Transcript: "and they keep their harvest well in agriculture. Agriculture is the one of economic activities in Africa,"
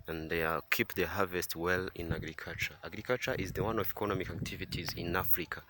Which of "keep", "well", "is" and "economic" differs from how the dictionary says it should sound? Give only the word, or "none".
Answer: none